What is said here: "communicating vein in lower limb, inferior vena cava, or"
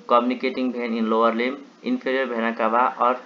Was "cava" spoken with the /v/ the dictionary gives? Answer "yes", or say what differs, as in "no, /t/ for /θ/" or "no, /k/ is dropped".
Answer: no, /b/ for /v/